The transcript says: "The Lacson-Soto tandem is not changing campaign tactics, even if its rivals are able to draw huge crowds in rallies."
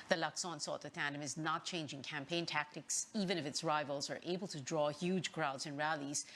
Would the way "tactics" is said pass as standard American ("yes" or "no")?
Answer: yes